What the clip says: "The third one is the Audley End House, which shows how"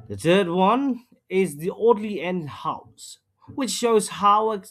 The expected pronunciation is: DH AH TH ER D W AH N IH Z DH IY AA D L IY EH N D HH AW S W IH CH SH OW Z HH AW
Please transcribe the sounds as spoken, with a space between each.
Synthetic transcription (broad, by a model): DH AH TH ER D W AH N IH Z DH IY AA D L IY EH N D HH AW S W IH CH SH OW Z HH AW